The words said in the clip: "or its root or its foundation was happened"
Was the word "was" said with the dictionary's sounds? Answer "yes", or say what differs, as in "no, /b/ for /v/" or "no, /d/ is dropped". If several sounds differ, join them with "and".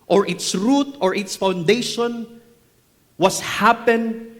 no, /s/ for /z/